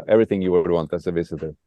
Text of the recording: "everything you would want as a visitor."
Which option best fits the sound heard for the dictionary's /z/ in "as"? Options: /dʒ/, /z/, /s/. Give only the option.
/s/